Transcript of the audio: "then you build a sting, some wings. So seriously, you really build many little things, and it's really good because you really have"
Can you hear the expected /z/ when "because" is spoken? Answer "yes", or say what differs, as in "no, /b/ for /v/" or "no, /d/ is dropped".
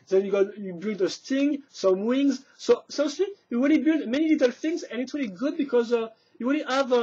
yes